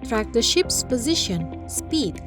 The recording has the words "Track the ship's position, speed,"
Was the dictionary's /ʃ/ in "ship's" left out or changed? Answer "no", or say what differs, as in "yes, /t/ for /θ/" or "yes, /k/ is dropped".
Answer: no